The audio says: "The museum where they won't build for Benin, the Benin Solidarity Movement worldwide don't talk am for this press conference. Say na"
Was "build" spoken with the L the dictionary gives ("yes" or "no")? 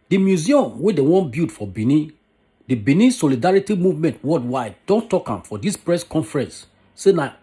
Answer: no